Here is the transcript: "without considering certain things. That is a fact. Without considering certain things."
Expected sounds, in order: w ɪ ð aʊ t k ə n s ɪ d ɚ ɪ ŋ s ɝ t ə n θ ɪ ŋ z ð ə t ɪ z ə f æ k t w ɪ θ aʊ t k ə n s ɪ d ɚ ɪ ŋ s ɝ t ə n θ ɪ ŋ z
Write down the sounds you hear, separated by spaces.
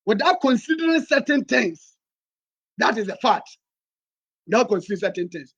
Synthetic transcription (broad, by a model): w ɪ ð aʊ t k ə n s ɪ d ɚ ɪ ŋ s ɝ t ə n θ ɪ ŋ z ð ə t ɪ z ə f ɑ t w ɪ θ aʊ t k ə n s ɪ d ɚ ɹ s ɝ t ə n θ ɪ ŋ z